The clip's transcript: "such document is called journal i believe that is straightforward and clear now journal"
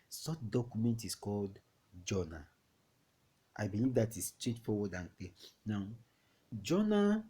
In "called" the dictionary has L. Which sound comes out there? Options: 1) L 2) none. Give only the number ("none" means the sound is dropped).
1